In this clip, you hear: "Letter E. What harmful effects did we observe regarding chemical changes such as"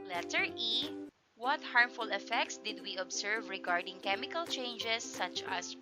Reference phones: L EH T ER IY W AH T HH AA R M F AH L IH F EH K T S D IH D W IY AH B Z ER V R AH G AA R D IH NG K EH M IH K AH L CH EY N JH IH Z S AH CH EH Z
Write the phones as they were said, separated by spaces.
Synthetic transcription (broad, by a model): L EH T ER IY W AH T HH AA R M F AH L IH F EH K T S D IH D W IY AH B S ER V R AH G AA R D IH NG K EH M IH K AH L CH EY N JH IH S AH CH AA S